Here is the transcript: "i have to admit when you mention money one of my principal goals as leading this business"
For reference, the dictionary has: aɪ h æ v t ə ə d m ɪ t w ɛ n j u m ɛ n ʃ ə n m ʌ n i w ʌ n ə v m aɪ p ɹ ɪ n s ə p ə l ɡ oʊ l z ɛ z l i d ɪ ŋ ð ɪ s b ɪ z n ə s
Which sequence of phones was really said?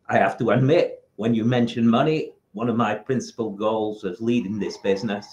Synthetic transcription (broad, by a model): aɪ h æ f t ə ə d m ɪ t w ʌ n j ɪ m ɛ n ʃ ə n m ʌ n i w ʌ n ə v m aɪ p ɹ ɪ n s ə p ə l ɡ oʊ l z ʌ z l i d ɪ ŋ ð ɪ s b ɪ z n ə s